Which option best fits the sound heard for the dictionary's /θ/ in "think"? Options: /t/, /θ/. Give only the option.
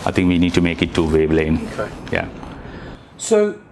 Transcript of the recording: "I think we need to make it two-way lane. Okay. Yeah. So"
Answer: /t/